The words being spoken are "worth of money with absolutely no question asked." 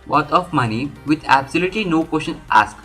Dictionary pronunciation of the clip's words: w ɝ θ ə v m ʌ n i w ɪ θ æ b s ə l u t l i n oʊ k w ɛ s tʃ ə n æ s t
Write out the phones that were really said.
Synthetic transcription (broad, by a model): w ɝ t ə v m ʌ n i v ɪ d æ b s ə l u t l i n oʊ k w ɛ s ʃ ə n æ s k